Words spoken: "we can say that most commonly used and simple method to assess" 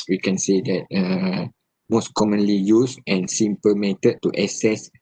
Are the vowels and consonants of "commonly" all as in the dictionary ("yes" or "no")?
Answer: yes